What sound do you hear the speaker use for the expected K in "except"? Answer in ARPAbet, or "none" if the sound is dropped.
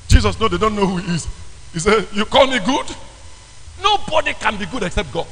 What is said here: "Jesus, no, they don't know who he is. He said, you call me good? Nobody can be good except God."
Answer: K